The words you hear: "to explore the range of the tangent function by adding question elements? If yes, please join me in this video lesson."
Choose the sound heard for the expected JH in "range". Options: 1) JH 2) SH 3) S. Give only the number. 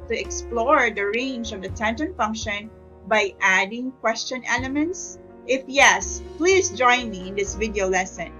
1